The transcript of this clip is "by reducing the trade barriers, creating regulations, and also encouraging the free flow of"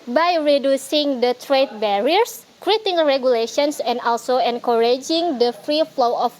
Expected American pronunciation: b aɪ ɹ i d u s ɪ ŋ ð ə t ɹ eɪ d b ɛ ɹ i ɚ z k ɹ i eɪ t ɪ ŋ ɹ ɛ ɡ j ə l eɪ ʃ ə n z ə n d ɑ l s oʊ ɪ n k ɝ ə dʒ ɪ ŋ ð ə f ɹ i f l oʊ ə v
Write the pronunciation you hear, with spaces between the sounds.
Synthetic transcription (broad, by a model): b aɪ ɹ i d u s ɪ ŋ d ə t ɹ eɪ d b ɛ ɹ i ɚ s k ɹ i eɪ t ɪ ŋ ɹ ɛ ɡ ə l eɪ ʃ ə n s ə n d ɑ l s oʊ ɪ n k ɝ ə dʒ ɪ ŋ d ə f ɹ i f l oʊ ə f